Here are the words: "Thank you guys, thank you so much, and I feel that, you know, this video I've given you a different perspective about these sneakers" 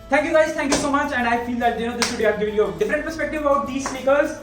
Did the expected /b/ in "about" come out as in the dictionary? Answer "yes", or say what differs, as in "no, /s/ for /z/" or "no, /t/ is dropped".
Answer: no, /b/ is dropped